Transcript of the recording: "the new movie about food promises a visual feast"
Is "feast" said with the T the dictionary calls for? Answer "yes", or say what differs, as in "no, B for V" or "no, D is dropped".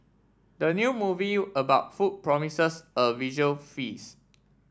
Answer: no, T is dropped